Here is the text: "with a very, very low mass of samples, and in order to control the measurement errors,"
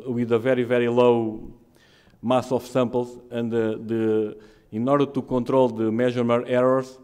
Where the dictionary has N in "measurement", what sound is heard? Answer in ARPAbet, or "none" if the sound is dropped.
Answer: none